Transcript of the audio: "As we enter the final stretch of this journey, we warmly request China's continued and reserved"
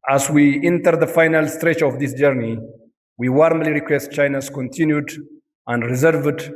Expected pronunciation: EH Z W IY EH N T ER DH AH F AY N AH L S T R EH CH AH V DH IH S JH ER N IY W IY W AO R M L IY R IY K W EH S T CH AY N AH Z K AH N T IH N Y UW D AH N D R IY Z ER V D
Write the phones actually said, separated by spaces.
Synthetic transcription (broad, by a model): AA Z W IY EH N T ER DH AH F AY N AH L S T R EH CH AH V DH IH S JH ER N IY W IY W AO R M L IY R IY K W EH S T CH AY N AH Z K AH N T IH N Y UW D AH N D R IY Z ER V D